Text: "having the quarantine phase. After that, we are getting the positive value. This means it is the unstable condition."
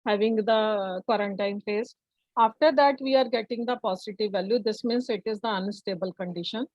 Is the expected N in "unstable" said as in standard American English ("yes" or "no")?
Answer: yes